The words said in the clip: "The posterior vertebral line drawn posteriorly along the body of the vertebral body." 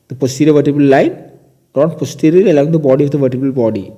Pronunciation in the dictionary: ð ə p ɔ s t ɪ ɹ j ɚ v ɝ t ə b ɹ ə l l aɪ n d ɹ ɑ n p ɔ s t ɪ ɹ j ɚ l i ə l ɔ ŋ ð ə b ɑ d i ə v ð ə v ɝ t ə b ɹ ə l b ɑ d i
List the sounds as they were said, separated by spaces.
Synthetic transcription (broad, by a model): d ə p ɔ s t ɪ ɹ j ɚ v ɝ t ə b ə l l aɪ n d ɑ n p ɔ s t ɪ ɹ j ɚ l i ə l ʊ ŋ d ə b ɑ d i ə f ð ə v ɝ t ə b ə l b ɑ d i